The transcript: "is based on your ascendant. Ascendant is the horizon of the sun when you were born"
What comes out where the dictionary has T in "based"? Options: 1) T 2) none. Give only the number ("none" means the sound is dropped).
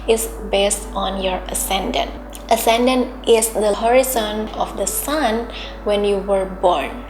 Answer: 1